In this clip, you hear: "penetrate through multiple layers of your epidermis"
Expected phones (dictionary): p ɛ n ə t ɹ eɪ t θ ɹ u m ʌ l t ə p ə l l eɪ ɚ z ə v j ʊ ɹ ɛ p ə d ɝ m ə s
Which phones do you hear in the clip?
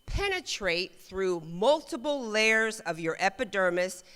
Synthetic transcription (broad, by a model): p ɛ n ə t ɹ eɪ t θ ɹ u m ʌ l t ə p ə l l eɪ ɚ z ə v j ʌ ɹ ɛ p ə d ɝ m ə s